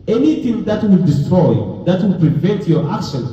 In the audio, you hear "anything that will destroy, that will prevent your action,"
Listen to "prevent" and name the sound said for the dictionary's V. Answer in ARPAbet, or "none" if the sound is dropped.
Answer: V